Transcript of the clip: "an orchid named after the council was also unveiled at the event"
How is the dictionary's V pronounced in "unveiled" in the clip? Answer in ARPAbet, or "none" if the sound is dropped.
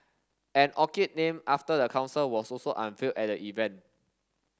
F